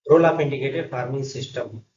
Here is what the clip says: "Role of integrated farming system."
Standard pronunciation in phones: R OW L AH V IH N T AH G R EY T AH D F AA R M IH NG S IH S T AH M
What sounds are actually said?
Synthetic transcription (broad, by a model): R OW L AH P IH N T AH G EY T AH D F AA R M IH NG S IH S T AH M